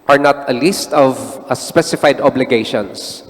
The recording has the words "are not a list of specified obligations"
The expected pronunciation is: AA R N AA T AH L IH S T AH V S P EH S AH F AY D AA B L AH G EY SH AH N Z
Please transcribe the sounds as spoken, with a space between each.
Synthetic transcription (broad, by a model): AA R N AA T AH L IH S T AH V S P EH S AH F AY D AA B L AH G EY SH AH N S